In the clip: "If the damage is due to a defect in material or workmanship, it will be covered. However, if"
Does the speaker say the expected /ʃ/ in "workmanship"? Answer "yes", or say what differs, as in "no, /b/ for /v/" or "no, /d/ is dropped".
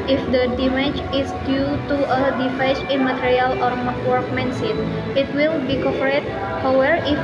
no, /s/ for /ʃ/